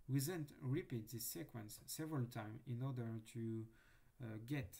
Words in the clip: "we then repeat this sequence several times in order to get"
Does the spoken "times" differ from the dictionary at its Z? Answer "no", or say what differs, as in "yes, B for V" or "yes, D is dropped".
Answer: yes, Z is dropped